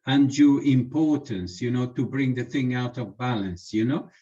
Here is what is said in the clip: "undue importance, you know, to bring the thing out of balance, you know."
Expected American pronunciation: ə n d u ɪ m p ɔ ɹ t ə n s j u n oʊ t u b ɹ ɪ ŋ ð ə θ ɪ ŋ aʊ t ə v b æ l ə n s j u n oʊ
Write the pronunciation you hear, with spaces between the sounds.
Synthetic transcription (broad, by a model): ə n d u ɪ m p ɔ ɹ t ə n s j u n oʊ t u b ɹ ɪ ŋ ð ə θ ɪ ŋ aʊ t ə v b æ l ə n s j u n oʊ